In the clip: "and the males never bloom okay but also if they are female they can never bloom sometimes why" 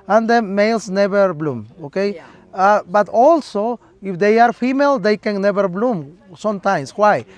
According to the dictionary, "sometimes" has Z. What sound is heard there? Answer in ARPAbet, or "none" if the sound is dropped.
S